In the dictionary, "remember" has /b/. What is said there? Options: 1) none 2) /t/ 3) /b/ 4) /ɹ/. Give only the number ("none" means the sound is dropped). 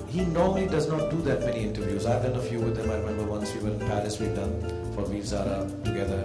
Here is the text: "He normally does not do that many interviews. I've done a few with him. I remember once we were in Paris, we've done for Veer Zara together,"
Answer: 3